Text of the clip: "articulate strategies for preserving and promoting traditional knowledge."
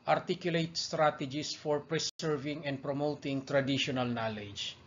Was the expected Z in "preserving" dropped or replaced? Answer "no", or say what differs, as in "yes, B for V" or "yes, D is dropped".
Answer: yes, S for Z